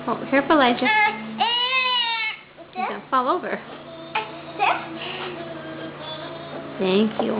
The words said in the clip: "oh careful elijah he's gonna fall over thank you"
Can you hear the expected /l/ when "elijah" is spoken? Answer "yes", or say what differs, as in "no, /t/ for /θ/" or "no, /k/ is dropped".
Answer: no, /l/ is dropped